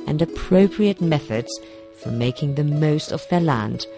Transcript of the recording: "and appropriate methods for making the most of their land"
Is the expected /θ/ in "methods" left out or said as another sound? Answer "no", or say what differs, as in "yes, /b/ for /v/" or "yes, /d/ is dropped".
no